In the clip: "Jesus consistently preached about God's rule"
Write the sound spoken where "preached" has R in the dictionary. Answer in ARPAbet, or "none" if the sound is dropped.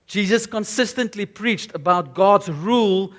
R